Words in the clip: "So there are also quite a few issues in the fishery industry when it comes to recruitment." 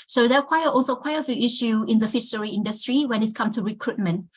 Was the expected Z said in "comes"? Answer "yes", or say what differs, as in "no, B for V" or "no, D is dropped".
no, Z is dropped